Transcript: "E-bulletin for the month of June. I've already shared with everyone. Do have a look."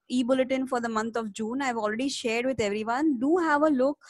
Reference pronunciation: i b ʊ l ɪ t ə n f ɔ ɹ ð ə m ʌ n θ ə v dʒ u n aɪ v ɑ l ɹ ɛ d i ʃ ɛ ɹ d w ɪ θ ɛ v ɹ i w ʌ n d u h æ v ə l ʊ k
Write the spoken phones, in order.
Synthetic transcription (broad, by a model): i b ʊ l ɪ t ə n f ɔ ɹ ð ə m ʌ n t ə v dʒ u n aɪ v ɑ l ɹ ɛ d i ʃ ɛ ɹ d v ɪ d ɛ v ɹ i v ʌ n d u h æ v ə l ʊ k